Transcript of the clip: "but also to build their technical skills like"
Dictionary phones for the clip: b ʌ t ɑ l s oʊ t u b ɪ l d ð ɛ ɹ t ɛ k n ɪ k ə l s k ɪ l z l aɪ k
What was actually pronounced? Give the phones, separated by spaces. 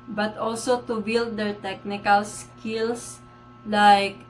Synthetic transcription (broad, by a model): b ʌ t ɑ l s oʊ t u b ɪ l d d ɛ ɹ t ɛ k n ɪ k ə l s k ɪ l s l aɪ k